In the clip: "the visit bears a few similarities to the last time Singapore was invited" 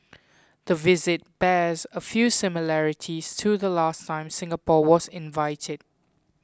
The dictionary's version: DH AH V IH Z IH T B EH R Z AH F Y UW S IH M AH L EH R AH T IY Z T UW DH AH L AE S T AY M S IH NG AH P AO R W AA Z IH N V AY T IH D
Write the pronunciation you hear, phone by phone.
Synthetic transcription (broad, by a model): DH AH V IH Z IH T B EH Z AH F Y UW S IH M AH L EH R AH T IY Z T UW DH AH L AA S T AY M S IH NG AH P AO W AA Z IH N V AY T IH D